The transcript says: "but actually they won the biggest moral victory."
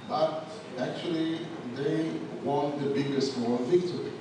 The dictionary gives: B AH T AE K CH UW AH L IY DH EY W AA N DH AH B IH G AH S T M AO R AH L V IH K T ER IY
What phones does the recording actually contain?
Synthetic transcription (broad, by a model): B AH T AE K CH UW AH L IY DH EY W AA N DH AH B IH G AH S T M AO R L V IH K T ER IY